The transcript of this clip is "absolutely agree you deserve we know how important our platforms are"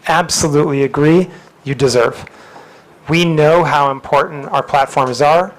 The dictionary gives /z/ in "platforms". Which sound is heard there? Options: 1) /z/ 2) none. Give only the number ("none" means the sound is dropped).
1